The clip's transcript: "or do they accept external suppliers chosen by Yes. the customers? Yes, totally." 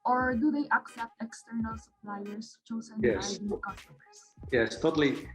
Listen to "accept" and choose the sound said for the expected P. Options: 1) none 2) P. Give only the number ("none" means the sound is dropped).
2